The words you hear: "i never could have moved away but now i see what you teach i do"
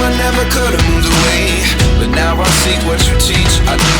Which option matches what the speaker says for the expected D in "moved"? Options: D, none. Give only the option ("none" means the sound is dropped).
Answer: none